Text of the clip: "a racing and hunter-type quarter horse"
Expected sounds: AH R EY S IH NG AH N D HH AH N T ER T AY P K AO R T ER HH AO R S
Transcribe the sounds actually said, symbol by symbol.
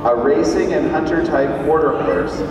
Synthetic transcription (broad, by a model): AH R EY S IH NG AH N HH AH N T ER T AY P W AO R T ER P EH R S